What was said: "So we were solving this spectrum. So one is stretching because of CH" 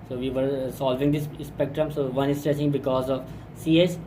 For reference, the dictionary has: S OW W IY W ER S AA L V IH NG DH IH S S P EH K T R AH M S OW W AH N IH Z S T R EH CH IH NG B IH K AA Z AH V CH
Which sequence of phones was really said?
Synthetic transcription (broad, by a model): S OW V IY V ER S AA L V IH NG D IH S S P EH K T R AH M S OW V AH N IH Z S T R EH S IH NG B IH K AA Z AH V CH